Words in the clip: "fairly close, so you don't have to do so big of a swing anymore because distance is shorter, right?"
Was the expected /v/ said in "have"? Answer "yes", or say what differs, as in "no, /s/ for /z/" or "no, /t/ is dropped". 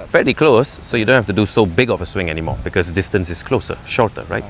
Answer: no, /f/ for /v/